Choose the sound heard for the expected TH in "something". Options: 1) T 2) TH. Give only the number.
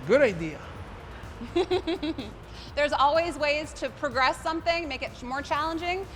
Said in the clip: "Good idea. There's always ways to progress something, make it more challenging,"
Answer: 2